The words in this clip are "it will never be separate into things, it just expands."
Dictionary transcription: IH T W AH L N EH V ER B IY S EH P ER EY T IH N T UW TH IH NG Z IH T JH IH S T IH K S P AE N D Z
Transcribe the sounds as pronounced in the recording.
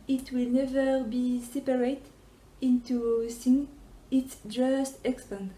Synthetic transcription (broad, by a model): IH T W AH L N EH V ER B IY S EH P ER EY T IH N T UW S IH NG IH T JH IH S T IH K S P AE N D